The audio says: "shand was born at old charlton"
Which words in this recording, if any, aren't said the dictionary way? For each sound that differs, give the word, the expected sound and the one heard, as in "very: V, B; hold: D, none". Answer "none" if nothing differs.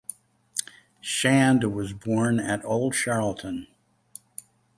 charlton: CH, SH